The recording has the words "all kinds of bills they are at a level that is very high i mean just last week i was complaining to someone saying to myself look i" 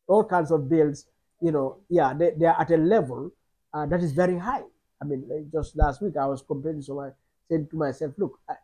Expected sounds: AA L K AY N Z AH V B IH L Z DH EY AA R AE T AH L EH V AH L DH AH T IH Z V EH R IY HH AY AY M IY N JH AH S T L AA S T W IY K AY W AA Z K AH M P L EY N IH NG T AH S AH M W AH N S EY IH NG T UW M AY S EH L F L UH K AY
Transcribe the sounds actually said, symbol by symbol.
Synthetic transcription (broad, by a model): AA L K AY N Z AH V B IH L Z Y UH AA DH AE T AH L EH V AH L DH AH T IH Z V EH R IY HH AY AY M IY N JH AH S T L AA S T W IY K AY W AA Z K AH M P EY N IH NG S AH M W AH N S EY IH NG T UW M AY S EH L F L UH K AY